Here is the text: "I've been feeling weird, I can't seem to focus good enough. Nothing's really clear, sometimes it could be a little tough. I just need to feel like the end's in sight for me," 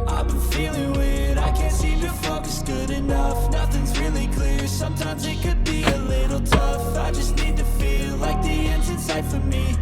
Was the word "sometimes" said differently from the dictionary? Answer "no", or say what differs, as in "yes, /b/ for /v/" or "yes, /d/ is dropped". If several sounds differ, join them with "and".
no